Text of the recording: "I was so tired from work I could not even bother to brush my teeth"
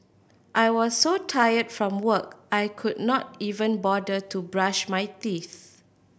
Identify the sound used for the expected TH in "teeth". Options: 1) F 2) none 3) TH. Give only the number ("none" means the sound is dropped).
3